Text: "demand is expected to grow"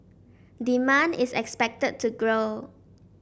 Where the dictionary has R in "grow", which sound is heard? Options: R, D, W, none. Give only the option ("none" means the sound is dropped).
R